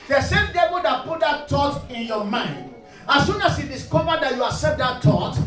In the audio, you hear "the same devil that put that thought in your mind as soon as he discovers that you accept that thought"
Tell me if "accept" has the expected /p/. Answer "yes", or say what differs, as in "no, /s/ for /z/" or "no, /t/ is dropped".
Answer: no, /p/ is dropped